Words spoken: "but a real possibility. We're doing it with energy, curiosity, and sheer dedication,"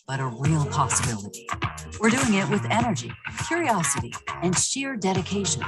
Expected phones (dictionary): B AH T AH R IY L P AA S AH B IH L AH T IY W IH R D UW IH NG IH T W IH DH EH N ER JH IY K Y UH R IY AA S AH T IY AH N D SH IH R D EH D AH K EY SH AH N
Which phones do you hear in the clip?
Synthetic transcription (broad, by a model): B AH T AH R IY L P AA S AH B IH L AH T IY W IH R D UW IH NG IH T W IH DH EH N ER JH IY K Y UH R IY AA S AH T IY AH N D SH IH R D EH D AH K EY SH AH N